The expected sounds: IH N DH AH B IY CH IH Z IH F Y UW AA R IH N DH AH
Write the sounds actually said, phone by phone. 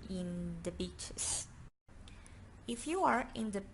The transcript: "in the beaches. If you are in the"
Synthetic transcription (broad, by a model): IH N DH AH B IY CH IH S IH F Y UW AA R IH N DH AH